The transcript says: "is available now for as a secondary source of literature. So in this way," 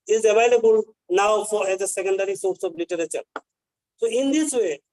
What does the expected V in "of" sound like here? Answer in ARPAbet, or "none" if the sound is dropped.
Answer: B